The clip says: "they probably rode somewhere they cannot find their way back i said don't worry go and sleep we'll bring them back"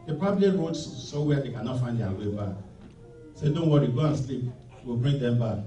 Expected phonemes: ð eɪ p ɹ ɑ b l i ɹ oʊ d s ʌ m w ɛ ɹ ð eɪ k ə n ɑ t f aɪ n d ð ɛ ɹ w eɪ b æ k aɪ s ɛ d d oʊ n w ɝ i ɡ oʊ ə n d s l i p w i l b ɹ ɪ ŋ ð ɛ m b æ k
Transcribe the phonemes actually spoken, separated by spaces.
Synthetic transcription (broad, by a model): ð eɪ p ɑ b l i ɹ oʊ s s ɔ w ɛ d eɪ k ə n ɑ t f aɪ n d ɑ w eɪ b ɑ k s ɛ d d oʊ n w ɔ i ɡ oʊ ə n s l i p w i l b ɹ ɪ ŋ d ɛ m b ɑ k